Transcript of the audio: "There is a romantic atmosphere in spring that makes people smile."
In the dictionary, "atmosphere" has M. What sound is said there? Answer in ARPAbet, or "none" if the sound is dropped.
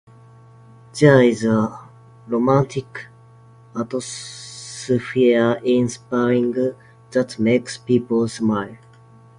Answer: none